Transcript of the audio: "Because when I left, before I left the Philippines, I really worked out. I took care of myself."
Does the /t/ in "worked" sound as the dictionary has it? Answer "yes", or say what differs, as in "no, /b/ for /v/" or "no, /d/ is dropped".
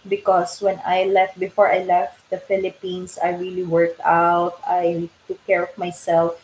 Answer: yes